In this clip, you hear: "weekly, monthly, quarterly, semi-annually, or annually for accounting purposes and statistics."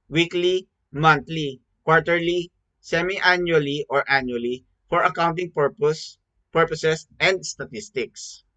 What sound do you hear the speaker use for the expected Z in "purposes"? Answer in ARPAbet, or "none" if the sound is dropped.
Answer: S